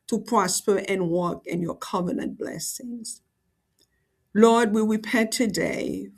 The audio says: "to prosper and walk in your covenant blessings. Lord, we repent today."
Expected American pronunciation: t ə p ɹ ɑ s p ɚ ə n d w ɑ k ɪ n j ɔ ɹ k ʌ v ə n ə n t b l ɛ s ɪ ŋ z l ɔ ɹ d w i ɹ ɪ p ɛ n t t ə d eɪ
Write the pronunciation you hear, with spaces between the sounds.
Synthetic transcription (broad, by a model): t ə p ɹ ɑ s p ɚ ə n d w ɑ k ɪ n j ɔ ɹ k ʌ v ə n ə n t b l ɛ s ɪ ŋ z l ɔ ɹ d w i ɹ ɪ p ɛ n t t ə d eɪ